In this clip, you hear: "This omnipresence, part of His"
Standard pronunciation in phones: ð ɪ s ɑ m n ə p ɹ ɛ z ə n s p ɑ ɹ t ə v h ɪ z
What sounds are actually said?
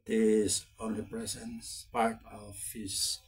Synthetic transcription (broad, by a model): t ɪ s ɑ n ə p ɹ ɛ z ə n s p ɑ ɹ t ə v h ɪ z